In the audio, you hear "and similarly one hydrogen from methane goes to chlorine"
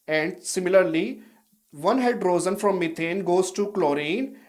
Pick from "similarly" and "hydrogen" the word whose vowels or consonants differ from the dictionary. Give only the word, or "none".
hydrogen